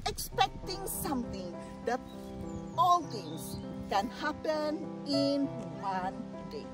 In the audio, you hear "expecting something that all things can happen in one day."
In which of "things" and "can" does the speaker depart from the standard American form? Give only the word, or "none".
things